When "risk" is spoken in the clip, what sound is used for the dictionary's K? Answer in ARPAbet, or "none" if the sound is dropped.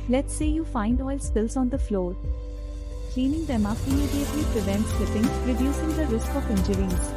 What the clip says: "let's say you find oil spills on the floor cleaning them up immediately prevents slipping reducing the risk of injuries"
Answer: K